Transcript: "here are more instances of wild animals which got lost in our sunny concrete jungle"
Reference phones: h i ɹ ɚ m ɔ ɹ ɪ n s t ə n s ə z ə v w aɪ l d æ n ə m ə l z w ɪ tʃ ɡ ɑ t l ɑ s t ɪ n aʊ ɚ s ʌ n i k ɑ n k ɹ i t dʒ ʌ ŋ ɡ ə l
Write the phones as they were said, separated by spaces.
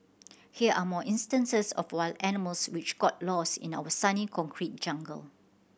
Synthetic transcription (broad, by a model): h i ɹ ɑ m ɔ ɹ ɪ n s t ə n s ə s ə f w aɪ l æ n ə m ə l s w ɪ tʃ ɡ ɑ t l ɑ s ɪ n aʊ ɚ s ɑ n i k ɑ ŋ k ɹ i t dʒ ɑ ŋ ɡ ə l